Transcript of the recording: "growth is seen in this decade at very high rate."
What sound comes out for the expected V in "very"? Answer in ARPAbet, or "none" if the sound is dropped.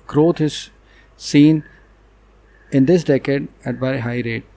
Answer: B